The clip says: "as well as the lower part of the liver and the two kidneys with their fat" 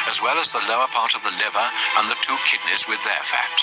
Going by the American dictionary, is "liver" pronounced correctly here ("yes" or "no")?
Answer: yes